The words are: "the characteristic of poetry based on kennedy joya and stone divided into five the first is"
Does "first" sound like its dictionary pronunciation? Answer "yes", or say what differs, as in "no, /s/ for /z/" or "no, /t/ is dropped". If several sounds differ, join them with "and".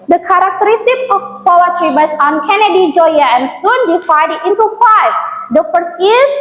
no, /t/ is dropped